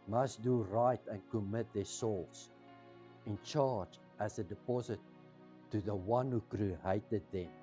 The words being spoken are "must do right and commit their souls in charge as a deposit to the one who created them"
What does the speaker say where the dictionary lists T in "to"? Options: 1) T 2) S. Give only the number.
1